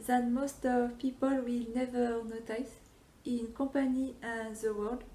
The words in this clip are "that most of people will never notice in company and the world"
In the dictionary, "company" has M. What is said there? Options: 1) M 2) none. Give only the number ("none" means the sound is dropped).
2